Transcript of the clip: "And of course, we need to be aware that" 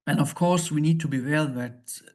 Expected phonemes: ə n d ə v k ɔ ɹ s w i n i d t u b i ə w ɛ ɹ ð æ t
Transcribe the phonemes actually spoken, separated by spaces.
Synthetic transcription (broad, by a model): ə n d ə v k ɔ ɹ s w i n i d t u b i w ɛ l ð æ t